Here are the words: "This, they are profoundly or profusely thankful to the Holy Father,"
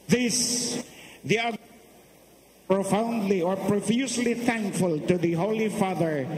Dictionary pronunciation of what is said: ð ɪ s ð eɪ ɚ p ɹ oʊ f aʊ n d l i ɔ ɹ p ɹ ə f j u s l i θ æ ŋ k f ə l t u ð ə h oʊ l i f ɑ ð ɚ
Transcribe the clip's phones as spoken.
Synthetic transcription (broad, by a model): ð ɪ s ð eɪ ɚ p ɹ oʊ f aʊ n d l i ɔ ɹ p ɹ ə f j u s l i θ æ ŋ k f ə l t u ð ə h oʊ l i f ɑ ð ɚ